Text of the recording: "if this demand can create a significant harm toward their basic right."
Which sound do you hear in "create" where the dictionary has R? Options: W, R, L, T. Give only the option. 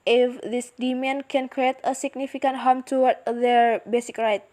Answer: R